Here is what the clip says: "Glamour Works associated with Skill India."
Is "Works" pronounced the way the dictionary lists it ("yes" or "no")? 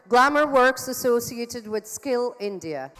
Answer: yes